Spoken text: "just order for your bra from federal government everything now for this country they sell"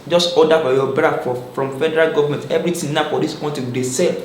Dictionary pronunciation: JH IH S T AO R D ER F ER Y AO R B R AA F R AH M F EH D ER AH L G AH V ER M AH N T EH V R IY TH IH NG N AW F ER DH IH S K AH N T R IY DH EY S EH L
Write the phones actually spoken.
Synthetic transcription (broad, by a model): JH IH S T AO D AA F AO Y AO B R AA F R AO M F EH D ER AH L G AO V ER M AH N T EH V R IY T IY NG N AW F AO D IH S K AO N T IY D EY S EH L